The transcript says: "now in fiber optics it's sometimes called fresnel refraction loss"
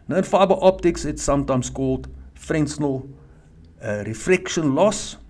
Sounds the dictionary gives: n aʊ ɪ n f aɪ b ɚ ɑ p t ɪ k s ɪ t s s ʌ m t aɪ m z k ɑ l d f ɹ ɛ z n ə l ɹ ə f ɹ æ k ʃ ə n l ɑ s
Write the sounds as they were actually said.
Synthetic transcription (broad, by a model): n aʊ ɪ n f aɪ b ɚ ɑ p t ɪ k s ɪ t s s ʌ m t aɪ m s k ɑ l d f ɹ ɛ s n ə l ɹ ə f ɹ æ k ʃ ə n l ɑ s